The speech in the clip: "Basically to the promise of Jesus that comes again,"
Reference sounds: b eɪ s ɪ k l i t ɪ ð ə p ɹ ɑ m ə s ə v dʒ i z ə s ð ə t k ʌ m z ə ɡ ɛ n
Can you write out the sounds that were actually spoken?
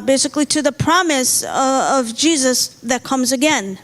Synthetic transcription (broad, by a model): b eɪ s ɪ k l i t ɪ ð ə p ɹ ɑ m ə s ə v dʒ i z ə s ð ə t k ʌ m z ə ɡ ɛ n